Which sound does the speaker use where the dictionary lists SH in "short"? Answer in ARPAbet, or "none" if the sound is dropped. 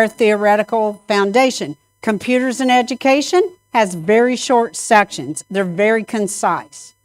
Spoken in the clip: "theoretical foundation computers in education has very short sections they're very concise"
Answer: SH